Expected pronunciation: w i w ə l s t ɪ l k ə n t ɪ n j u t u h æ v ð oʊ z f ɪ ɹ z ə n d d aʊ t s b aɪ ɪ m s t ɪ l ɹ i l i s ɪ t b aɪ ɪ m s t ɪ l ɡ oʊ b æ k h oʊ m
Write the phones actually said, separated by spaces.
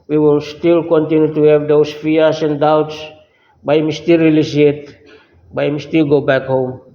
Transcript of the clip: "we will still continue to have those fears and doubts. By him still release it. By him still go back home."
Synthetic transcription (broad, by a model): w i w ə l s t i l k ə n t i n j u t u h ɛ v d oʊ s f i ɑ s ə n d d aʊ t s b aɪ m s t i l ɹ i l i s ɪ t b aɪ m s t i l ɡ oʊ b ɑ k h oʊ m